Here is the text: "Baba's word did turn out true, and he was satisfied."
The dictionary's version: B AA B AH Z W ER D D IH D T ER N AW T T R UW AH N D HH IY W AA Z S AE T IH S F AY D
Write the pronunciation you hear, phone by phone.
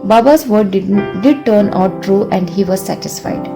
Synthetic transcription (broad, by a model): B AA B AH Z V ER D D IH D T ER N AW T T R UW AH N D HH IY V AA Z S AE T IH S F AY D